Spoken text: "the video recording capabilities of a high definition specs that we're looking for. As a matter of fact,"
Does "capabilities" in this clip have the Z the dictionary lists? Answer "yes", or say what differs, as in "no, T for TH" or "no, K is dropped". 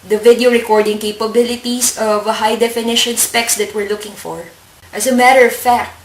no, S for Z